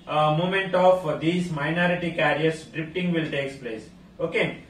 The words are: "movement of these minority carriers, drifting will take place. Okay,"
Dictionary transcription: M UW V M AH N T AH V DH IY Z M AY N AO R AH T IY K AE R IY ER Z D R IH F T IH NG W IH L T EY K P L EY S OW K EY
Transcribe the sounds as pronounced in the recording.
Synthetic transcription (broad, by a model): M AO M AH N T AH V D IY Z M AY N AO R AH T IY K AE R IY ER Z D R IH P T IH NG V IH L T EY K P L EY S OW K EY